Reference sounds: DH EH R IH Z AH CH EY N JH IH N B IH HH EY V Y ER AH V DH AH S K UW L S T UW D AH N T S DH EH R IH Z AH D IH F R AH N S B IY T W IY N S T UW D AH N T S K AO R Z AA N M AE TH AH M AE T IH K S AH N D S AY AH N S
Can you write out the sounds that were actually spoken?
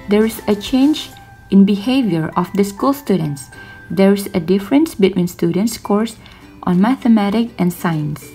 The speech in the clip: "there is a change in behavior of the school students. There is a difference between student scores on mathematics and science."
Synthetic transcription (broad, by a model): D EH R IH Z AH CH EY N JH IH N B IH HH EY V Y ER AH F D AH S K UW L S T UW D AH N T S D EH R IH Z AH D IH F R AH N S B IY T W IY N S T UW D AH N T S K AO R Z AA N M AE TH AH M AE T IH K AH N S AY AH N S